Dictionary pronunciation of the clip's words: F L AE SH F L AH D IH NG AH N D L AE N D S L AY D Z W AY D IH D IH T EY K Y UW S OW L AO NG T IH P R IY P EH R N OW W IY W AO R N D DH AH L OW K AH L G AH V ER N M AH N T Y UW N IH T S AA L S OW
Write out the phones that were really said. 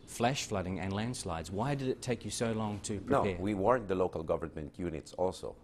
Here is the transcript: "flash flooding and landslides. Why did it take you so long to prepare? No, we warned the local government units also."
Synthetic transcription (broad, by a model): F L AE SH F L AH D IH NG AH N L AE N D S L AY D Z W AY D IH D IH T EY K Y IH S OW L AO NG T IH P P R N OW W IY W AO R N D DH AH L OW K AH L G AH V ER N M AH N T Y UW N IH T S AA L S OW